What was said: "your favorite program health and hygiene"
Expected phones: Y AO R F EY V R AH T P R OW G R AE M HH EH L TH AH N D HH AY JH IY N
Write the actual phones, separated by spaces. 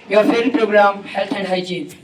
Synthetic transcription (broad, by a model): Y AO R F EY R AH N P R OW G R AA M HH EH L T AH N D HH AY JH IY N